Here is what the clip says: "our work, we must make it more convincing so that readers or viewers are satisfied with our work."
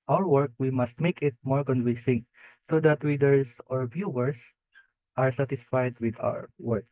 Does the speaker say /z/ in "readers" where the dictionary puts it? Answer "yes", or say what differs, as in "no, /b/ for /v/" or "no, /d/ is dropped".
no, /s/ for /z/